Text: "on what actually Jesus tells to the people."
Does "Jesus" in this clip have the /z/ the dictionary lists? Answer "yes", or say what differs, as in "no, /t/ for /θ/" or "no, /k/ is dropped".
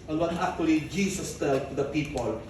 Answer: no, /s/ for /z/